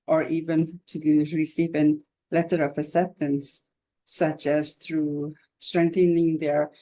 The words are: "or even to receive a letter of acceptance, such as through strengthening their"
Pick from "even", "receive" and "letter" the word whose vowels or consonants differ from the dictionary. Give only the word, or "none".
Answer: none